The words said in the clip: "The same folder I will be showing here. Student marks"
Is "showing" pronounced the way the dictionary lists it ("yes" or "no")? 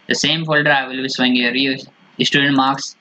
no